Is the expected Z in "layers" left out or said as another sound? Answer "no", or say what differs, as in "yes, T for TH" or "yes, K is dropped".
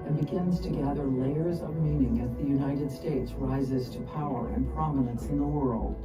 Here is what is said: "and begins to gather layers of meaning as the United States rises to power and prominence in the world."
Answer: no